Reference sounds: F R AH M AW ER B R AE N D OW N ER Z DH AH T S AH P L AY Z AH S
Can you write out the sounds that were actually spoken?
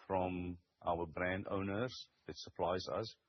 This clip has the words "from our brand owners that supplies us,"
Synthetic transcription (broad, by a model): F R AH M AW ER B R AE N D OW N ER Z DH AH T S AH P L AY Z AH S